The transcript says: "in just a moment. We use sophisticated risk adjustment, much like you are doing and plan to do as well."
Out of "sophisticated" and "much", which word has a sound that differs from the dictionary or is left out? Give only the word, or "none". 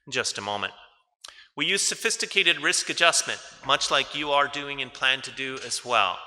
none